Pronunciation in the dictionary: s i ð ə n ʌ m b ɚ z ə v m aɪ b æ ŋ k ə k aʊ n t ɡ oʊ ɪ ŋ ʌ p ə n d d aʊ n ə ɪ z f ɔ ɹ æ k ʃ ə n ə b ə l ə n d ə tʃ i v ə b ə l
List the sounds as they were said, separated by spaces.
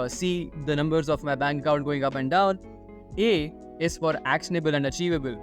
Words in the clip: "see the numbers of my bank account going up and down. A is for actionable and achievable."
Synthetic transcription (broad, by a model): s i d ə n ʌ m b ɚ z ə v m aɪ b æ ŋ k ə ʊ t ɡ oʊ ɪ ŋ ʌ p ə n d d aʊ n ə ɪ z f ɔ ɹ æ k ʃ ə n ə b ə l ə n d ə tʃ i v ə b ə l